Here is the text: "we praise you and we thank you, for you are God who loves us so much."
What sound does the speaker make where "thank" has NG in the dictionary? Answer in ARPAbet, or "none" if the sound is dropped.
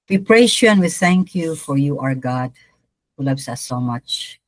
NG